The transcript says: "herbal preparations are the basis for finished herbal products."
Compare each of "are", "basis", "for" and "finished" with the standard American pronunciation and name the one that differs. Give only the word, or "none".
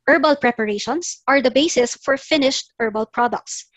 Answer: none